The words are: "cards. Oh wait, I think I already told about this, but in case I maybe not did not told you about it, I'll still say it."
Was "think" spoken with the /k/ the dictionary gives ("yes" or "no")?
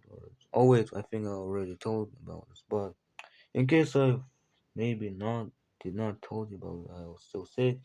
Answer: yes